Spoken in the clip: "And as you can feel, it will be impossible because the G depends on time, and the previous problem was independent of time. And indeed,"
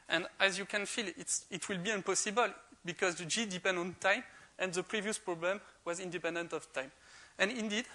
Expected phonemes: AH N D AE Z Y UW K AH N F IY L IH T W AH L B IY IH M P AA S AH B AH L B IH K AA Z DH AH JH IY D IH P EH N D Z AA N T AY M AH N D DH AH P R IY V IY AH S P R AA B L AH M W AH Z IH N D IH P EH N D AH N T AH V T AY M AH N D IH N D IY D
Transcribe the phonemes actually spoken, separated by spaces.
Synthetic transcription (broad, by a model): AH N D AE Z Y UW K AH N F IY L IH T W AH L B IY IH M P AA S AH B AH L B IH K AA Z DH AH JH IY D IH P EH N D AA N T AY M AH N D DH AH P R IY V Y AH S P R AA B L AH M W AH Z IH N D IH P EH N D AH N T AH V T AY M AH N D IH N D IY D